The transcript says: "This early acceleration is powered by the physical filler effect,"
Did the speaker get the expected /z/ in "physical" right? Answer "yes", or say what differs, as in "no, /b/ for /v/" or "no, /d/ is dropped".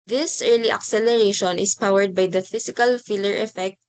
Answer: no, /s/ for /z/